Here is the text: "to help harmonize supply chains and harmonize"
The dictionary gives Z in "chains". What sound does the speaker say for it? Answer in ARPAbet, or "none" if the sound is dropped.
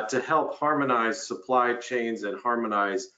Z